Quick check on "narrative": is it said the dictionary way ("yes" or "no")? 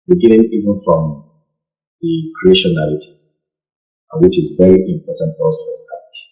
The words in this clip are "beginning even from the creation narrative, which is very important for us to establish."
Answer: no